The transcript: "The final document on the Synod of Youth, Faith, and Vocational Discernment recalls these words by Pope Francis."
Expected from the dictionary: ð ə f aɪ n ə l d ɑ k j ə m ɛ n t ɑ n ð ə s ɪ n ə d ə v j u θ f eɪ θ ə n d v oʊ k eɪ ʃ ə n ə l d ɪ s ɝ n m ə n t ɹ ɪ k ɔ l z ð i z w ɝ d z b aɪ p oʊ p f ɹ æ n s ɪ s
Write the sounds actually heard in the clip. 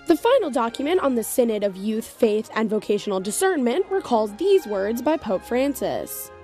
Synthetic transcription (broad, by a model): ð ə f aɪ n l d ɑ k j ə m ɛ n t n ð ə s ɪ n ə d ə v j u θ f eɪ θ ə n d v oʊ k eɪ ʃ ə n l d ɪ s ɝ n m ə n t w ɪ k ɔ l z ð i z w ɝ d z b aɪ p oʊ p f ɹ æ n s ɪ s